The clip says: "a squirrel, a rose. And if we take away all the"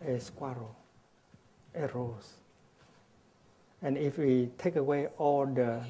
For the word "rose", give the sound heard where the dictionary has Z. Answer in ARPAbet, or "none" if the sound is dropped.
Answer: S